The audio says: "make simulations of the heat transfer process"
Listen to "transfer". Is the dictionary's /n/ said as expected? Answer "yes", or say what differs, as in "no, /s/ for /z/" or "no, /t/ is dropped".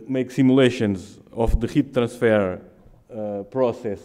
no, /n/ is dropped